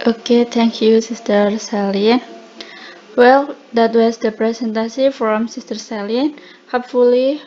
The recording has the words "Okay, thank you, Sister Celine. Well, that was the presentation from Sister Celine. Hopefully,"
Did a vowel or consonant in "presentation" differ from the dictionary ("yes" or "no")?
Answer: yes